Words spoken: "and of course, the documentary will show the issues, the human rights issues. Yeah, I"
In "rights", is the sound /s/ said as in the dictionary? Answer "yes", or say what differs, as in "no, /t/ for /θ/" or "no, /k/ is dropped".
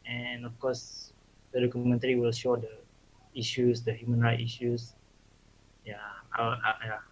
no, /s/ is dropped